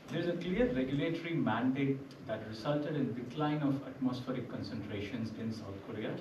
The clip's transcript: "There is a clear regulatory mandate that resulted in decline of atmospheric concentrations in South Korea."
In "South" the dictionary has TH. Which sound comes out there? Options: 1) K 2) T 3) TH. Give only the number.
2